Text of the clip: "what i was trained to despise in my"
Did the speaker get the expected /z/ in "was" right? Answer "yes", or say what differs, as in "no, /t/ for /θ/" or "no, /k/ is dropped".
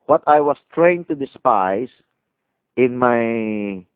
no, /s/ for /z/